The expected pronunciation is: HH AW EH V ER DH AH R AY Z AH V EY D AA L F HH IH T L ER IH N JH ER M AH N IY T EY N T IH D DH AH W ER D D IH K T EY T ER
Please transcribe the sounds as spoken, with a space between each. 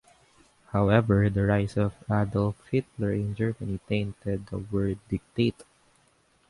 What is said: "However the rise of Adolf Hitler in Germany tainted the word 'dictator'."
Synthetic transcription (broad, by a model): HH AW EH V ER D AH R AY S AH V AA D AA L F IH T L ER IH N JH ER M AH N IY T EY N T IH D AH W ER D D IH K T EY T